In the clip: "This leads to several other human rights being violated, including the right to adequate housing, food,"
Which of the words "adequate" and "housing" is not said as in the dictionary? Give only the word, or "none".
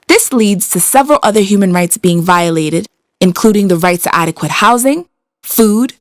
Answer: none